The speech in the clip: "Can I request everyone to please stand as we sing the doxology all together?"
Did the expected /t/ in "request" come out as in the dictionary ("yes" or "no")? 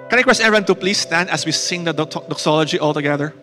no